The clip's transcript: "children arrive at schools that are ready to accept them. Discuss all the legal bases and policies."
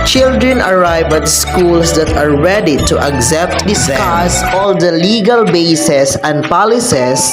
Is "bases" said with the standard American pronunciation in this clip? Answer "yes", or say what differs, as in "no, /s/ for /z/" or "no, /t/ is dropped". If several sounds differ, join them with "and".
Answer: no, /s/ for /z/